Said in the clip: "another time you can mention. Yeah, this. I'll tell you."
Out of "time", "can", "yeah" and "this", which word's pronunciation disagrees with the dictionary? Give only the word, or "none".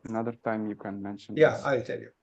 this